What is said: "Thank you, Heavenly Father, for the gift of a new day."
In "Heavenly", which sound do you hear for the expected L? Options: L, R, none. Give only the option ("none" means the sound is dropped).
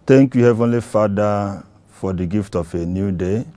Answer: L